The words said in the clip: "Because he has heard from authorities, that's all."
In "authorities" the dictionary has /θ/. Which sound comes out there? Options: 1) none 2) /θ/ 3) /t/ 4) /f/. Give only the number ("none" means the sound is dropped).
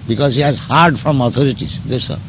3